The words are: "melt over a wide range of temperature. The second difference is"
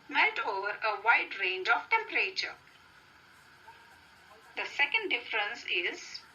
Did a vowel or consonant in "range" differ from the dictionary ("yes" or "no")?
no